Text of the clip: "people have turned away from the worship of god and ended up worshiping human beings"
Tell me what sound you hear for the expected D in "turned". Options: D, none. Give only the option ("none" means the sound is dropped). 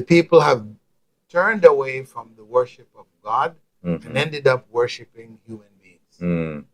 D